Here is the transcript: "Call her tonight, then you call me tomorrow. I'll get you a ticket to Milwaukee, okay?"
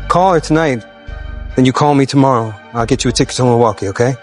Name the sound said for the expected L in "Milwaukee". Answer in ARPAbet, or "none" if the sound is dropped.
none